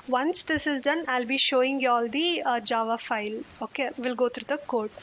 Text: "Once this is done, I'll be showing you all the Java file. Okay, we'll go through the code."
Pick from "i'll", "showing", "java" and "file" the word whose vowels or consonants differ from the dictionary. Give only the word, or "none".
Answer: none